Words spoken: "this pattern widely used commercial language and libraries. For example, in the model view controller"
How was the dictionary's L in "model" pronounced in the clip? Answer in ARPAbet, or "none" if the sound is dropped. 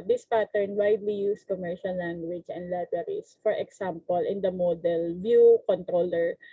L